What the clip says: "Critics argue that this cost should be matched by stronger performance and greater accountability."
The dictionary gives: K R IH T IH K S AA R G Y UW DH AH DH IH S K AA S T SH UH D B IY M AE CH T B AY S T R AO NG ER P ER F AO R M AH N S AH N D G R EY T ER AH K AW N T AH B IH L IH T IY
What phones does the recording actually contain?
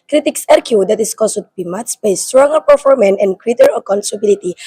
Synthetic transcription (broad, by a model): K R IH T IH K S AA R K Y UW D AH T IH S K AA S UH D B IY M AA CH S B AY S T R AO NG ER P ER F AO R M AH N AH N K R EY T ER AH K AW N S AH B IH L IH T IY